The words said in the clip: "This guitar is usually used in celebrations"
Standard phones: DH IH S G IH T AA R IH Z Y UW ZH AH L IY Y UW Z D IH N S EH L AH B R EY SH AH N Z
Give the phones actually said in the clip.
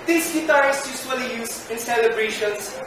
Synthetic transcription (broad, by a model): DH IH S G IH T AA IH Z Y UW S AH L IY Y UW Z IH N S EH L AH B R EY SH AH N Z